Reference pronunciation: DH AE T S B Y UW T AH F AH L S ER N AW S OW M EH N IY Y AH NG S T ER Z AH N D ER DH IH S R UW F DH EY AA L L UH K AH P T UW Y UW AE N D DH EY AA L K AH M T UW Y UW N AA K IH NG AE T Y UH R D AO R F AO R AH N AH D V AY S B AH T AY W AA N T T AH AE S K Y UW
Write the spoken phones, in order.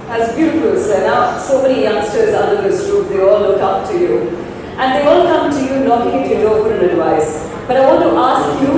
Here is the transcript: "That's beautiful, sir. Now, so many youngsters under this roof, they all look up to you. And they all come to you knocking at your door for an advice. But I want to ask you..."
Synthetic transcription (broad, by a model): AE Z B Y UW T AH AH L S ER N AW S OW M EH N IY Y AH NG S T ER Z AH N D ER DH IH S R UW P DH EY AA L L UH K AH P T UW Y UW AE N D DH EY AA L K AH M T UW Y UW N AA K IH NG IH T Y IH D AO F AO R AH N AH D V AY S B AH T AY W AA N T T AH S K Y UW